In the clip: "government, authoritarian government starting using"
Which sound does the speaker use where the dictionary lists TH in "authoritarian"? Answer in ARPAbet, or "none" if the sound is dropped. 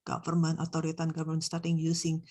T